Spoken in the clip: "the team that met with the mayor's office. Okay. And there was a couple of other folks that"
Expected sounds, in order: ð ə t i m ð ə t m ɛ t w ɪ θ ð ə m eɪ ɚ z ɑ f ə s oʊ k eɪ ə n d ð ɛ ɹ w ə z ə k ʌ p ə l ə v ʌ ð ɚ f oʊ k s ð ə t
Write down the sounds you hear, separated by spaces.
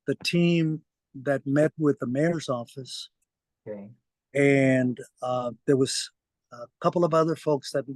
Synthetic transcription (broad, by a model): ð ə t i m ð ə t m ɛ t w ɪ ð ə m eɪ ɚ z ɑ f ə s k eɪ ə n ð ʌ ɹ w ə z k ʌ p l ə v ʌ ð ɚ f oʊ k s ð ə t